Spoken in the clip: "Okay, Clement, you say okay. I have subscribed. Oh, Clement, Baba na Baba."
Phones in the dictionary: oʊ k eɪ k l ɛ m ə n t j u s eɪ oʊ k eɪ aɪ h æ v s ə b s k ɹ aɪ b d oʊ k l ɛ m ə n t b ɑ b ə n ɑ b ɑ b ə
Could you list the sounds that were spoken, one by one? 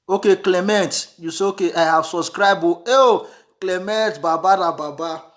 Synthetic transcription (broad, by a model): oʊ k eɪ k l ɛ m ə n t j u s eɪ oʊ k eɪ aɪ h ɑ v s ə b s k ɹ aɪ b oʊ k l ɛ m ə n t b ɑ b ə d ɑ b ɑ b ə